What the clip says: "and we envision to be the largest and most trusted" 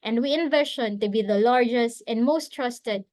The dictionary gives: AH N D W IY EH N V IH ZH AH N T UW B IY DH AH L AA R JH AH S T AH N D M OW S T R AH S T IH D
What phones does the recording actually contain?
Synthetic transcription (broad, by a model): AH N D W IY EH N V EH SH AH N T UW B IY DH AH L AA R JH AH S T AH N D M OW S T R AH S T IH D